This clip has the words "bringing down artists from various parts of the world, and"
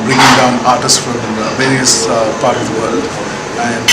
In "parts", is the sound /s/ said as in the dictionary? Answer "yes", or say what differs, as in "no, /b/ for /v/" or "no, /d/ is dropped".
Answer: no, /s/ is dropped